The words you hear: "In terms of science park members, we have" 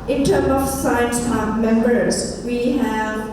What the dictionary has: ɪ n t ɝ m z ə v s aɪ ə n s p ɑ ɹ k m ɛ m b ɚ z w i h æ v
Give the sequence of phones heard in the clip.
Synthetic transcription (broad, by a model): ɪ n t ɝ m ə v s aɪ ə n s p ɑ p m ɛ m b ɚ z w i h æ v